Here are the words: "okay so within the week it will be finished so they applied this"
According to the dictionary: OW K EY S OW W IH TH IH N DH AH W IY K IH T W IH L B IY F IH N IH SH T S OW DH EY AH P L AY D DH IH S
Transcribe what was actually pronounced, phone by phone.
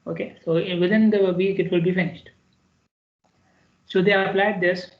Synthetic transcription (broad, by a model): OW K EY S OW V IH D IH N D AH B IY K IH T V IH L B IY F IH N IH SH T S OW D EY AH P L AY D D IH S